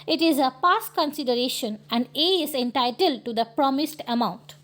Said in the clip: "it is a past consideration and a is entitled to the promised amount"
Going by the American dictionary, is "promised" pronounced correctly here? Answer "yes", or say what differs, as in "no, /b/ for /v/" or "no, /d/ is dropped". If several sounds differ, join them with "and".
yes